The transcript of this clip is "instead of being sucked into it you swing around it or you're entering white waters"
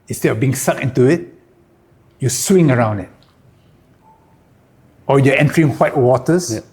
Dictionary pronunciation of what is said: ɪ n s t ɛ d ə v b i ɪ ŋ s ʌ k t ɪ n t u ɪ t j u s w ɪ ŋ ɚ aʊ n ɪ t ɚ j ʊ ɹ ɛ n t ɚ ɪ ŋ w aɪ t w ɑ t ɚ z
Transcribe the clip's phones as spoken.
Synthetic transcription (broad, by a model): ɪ n s t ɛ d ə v b i ɪ ŋ s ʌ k ɪ n t u ɪ t j u s w ɪ ŋ ɚ aʊ n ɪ t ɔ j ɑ ɛ n t ɚ ɪ ŋ w aɪ t w ɑ t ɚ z